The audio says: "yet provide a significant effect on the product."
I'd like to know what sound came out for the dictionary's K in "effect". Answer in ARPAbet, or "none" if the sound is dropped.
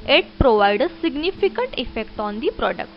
K